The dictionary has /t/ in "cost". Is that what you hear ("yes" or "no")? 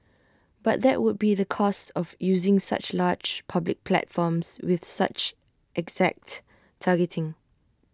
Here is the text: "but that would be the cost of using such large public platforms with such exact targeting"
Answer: yes